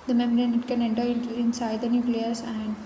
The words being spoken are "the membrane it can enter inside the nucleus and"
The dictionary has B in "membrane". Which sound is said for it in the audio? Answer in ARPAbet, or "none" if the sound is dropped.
none